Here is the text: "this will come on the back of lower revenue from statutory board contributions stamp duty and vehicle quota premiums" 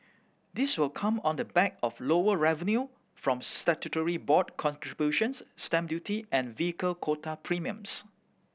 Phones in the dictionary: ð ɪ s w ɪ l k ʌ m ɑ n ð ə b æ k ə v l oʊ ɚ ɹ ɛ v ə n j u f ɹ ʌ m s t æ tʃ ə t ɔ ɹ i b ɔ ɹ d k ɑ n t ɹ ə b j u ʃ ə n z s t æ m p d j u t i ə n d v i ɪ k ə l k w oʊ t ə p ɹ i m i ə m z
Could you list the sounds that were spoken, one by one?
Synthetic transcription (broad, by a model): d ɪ s w ɪ l k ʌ m ɑ n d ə b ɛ k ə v l oʊ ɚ ɹ ɛ v ə n j u f ɹ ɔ m s t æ tʃ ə t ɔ ɹ i b ɔ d k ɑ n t ɹ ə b j u ʃ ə n s t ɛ m d j u t i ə n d v i ɪ k ə l k w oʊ t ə p ɹ i m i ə m s